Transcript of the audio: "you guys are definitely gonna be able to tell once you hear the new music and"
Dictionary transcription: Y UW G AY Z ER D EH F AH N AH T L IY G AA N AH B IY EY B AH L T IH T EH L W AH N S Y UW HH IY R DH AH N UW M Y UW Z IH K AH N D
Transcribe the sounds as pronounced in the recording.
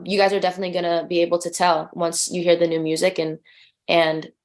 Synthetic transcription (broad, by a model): Y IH G AY Z ER D EH F AH N AH T L IY G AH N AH B IY EY B L T IH T EH L W AH N S Y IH HH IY R DH AH N UW M Y UW Z IH K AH N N